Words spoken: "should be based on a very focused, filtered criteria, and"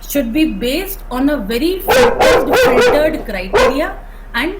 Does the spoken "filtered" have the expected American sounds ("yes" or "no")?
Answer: no